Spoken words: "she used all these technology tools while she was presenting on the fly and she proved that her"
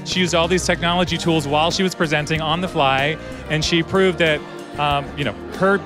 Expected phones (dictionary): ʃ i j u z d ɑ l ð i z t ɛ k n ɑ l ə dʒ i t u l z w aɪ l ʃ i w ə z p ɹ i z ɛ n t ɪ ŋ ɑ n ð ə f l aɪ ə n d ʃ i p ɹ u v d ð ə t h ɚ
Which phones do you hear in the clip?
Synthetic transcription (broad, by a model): ʃ i j u z d ɑ l ð i z t ɛ k n ɑ l ə dʒ i t u l z w aɪ l ʃ i w ə z p ɹ i z ɛ n t ɪ ŋ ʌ n ð ə f l aɪ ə n ʃ i p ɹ u v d ð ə t h ɚ